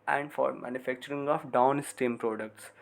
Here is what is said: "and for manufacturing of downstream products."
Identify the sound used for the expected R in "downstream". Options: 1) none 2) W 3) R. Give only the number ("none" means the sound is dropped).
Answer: 1